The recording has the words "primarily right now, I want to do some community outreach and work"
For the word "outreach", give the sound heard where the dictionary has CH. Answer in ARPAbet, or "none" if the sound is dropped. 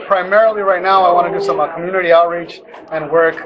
CH